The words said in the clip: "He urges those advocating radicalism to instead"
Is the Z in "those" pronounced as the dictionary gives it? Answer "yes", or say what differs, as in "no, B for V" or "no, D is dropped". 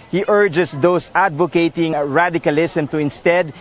no, S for Z